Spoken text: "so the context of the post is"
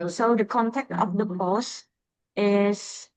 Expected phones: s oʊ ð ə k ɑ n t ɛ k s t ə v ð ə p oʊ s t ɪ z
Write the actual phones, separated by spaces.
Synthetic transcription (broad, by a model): s oʊ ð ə k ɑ n t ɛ k t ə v ð ə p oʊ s ɪ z